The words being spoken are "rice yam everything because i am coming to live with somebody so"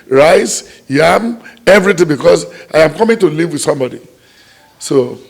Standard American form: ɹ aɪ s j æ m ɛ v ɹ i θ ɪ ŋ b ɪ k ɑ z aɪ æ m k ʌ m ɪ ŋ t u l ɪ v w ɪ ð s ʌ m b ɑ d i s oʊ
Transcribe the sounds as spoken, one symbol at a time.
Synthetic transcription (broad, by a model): ɹ aɪ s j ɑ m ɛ v ɹ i t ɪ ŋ b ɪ k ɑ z aɪ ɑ m k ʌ m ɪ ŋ t u l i v w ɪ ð s ʌ m b ɑ d i s oʊ